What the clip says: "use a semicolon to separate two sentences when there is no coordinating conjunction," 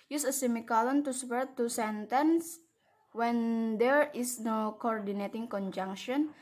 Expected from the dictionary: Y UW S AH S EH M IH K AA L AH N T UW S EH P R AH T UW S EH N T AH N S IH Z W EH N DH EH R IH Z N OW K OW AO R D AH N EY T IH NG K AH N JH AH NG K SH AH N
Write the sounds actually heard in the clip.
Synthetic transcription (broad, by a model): Y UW S AH S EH M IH K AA L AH N T UW S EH R T UW S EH N T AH N S W EH N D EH R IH S N OW K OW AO R D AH N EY T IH NG K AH N JH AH NG K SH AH N